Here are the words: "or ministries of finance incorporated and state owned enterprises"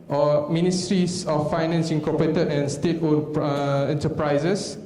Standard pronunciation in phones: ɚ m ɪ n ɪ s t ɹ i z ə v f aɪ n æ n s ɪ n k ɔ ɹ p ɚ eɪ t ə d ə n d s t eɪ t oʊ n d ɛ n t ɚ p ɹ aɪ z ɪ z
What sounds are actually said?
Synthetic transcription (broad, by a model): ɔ m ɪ n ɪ s t ɹ i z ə f aɪ n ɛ n s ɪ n k ɔ p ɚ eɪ t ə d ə n s t eɪ t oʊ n ɛ n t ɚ p ɹ aɪ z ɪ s